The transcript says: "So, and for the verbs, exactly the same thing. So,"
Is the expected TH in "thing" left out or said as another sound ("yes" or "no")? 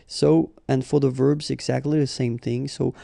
no